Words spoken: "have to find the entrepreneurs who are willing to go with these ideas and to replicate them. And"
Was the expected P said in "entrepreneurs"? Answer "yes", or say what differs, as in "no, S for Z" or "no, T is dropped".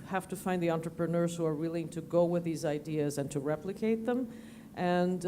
yes